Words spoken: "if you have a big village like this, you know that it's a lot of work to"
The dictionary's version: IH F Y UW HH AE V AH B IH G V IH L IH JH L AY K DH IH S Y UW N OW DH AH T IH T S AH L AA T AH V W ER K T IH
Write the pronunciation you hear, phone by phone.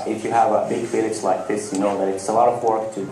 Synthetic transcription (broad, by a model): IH F Y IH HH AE V AH B IH G F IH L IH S L AY K DH IH S Y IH N OW DH AH T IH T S AH L AA T AH V W ER K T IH